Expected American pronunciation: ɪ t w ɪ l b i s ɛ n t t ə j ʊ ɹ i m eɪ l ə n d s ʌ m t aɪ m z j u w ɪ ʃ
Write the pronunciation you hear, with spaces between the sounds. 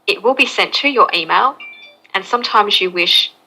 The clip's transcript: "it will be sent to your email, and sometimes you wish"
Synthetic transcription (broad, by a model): ɪ t w ɪ l b i s ɛ n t t ə j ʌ ɹ i m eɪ l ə n s ʌ m t aɪ m z j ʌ w ɪ ʃ